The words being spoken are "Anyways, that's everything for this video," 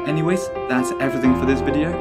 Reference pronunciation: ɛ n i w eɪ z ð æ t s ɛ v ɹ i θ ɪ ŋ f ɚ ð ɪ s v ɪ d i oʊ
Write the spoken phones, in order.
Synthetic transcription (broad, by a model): ɛ n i w eɪ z ð æ t s ɛ v ɹ i θ ɪ ŋ f ɚ ð ɪ s v ɪ d i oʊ